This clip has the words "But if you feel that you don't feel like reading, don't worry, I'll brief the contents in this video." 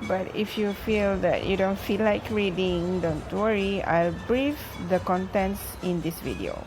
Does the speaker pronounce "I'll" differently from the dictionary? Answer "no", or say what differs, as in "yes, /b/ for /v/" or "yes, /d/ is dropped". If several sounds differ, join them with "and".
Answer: no